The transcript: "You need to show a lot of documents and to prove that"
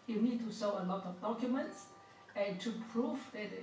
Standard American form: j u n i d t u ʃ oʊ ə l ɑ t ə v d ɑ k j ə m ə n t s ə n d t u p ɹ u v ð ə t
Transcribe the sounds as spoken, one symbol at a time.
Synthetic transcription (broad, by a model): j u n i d t u s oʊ ə l ɑ t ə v d ɑ k j ə m ə n t s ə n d t u p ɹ u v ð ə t